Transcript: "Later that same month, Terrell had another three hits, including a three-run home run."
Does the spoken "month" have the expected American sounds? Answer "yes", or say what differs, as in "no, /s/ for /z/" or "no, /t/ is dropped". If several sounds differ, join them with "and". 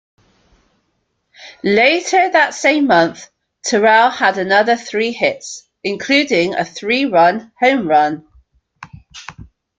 yes